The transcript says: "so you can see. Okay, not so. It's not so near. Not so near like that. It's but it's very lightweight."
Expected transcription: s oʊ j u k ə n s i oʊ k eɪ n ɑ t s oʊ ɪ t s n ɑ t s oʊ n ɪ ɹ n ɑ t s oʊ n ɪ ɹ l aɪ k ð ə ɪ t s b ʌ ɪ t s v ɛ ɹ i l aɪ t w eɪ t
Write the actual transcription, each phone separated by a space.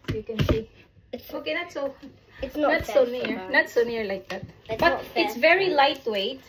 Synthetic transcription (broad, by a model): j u k ə n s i oʊ k eɪ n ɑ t s oʊ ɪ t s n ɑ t s oʊ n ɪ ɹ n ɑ t s oʊ n ɪ ɹ l aɪ k ð ə t b ʌ ɪ t s v ɛ ɹ i l aɪ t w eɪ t